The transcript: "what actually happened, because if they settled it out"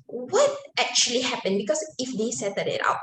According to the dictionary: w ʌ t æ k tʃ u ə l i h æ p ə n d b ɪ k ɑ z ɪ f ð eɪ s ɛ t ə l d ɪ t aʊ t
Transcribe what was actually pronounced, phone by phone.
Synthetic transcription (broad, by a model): w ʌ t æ k tʃ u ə l i h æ p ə n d b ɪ k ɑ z ɪ f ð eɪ s ɛ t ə d ɪ t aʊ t